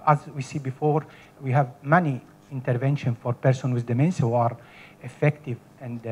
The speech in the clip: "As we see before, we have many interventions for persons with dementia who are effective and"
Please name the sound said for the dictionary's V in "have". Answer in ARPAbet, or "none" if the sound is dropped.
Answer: V